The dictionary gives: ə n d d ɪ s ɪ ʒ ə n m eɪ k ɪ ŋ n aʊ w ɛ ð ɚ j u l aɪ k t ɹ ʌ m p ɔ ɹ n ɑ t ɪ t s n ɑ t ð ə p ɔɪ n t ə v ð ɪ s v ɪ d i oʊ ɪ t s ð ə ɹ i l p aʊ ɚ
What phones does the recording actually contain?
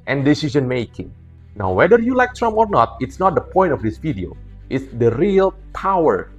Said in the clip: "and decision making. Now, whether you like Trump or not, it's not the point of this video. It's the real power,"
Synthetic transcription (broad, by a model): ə n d d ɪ s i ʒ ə n m eɪ k ɪ ŋ n aʊ w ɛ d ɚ j u l aɪ k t ɹ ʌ m ɔ ɹ n ɑ t ɪ t s n ɑ t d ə p ɔɪ n t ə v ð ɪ s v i d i oʊ ɪ t s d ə ɹ i l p aʊ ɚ